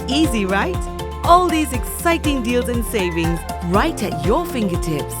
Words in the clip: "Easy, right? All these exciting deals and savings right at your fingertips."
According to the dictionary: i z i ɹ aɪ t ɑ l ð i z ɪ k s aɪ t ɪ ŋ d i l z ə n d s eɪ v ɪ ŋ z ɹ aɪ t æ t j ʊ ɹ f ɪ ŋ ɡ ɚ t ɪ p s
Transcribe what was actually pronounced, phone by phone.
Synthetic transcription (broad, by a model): i z i ɹ aɪ t ɑ l ð i z ɪ k s aɪ t ɪ ŋ d i l z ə n s eɪ v ɪ ŋ z ɹ aɪ t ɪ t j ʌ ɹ f ɪ ŋ ɡ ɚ t ɪ p s